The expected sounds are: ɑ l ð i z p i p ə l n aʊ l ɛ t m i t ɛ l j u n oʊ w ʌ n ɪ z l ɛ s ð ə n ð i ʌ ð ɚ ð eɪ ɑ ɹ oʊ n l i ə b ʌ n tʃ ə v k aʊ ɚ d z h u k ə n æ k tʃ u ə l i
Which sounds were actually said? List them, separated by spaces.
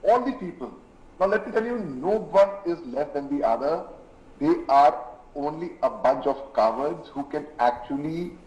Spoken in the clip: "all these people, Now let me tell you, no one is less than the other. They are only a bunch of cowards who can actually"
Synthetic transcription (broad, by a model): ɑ l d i p i p ə l n aʊ l ɛ t m i t ɛ l j u n oʊ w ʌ n ɪ z l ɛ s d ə n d i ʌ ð ɚ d eɪ ɑ ɹ oʊ n l i ə b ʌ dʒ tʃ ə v k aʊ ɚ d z h u k ə n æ k tʃ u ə l i